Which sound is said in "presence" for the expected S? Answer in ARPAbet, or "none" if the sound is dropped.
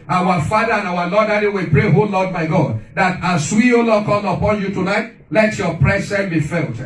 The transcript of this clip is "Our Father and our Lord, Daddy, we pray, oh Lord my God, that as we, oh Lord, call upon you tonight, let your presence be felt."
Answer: none